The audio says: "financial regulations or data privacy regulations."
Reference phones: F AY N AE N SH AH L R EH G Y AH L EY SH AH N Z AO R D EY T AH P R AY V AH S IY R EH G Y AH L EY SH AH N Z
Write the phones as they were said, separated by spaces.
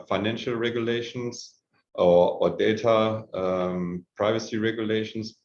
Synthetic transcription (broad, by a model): F AY N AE N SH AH L R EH G Y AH L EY SH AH N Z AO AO D EY T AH P R AY V AH S IY R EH G Y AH L EY SH N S